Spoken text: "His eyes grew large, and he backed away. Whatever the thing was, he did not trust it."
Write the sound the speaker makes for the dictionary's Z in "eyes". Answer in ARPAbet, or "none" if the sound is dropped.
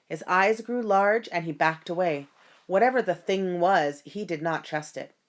Z